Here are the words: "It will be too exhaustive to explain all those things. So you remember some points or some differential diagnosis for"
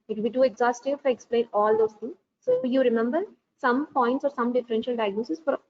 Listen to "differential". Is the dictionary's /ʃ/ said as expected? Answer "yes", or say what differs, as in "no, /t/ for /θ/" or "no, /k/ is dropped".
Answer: yes